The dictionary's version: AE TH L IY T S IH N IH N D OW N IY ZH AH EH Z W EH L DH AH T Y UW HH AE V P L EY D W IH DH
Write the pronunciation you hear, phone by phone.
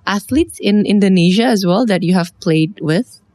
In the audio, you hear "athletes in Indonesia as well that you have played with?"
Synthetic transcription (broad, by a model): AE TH L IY T S IH N IH N D OW N IY ZH AH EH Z W EH L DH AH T Y UW HH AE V P L EY D W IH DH